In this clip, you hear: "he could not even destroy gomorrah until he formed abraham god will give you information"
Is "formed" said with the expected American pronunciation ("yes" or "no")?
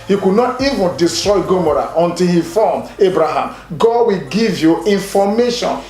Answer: no